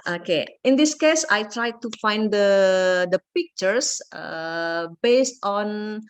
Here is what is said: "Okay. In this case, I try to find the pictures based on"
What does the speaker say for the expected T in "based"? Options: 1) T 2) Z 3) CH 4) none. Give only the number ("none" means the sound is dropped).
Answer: 1